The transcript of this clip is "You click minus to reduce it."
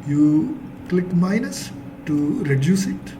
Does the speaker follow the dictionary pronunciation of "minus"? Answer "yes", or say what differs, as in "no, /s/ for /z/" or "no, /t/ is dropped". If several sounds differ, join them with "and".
yes